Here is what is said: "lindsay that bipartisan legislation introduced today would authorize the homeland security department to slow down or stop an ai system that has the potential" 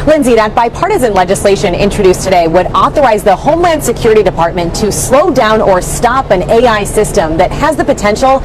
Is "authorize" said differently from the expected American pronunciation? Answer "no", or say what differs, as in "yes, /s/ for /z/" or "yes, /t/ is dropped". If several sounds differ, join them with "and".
no